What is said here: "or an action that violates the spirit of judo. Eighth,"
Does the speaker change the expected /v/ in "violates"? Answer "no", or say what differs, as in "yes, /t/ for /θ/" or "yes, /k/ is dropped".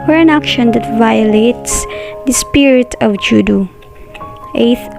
no